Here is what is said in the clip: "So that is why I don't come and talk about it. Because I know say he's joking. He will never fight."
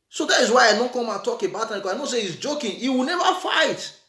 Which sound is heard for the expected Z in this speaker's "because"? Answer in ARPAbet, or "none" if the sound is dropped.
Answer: none